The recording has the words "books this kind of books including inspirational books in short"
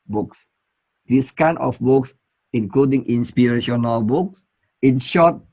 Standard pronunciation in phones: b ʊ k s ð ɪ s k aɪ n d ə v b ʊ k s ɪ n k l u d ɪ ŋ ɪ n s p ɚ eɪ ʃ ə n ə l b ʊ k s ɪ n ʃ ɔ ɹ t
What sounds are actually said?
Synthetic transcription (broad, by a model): b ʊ k s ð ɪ s k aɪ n ə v b ʊ k s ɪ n k l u d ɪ ŋ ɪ n s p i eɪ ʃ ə n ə l b ʊ k s ɪ n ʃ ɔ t